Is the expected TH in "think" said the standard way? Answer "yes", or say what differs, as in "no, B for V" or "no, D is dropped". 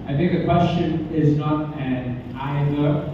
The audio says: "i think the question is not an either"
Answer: yes